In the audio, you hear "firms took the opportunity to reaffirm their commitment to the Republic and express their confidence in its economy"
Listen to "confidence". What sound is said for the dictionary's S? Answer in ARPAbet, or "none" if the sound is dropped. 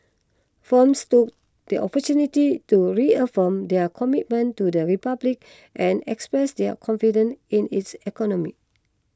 none